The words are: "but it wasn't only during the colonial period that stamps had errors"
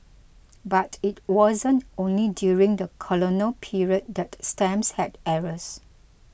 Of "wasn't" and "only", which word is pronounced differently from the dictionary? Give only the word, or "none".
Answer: none